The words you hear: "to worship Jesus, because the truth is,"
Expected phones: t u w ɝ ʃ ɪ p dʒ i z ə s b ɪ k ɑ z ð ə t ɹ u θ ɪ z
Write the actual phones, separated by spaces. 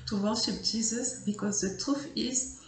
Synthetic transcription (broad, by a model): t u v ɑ s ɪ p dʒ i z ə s b ɪ k ɑ z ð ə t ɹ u f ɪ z